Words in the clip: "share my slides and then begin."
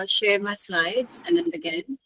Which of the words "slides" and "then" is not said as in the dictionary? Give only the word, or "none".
none